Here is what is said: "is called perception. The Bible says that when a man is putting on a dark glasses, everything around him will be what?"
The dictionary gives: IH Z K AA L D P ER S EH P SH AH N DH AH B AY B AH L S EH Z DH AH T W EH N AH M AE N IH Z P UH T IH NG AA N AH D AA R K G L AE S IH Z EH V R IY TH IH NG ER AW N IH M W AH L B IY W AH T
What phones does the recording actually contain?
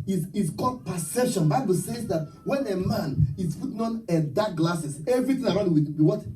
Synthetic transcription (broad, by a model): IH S K AA L D P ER S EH P SH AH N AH B AY B AH L S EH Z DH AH T W EH N AH M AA N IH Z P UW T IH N AA N AH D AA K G L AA S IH S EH V R IY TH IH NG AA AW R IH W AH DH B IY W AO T